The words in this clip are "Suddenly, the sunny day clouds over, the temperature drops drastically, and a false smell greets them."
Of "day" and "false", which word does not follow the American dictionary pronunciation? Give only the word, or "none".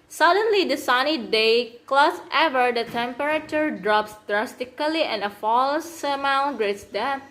none